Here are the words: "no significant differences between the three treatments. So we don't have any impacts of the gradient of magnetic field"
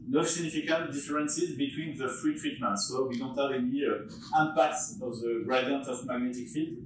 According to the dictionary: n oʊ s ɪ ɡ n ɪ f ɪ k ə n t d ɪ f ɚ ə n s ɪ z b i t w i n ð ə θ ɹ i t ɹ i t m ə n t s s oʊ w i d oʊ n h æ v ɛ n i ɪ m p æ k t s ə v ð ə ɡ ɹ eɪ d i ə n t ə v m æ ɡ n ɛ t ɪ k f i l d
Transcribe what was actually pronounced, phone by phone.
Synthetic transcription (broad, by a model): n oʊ s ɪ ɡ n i f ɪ k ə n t d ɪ f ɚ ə n s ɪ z b i t w i n ð ə f ɹ i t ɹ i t m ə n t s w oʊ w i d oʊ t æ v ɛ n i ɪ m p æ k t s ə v ð ə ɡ ɹ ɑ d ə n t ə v m æ ɡ n ɛ t ɪ k f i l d